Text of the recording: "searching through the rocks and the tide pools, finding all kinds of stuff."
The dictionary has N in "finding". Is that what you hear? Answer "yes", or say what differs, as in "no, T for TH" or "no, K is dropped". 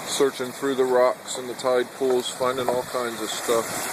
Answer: yes